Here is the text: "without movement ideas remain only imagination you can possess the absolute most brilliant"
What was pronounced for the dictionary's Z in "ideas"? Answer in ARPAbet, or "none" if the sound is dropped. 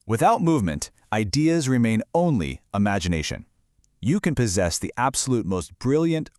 Z